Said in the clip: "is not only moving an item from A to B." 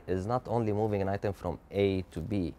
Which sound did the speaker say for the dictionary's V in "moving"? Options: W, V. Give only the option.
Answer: V